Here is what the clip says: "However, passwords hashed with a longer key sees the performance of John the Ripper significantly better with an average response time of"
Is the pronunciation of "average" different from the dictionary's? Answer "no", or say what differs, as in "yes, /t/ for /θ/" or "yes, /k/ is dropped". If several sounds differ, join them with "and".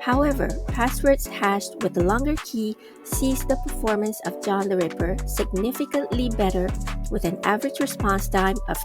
no